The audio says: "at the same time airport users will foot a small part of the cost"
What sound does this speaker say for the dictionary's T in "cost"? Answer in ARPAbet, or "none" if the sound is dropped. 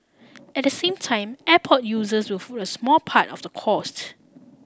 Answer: T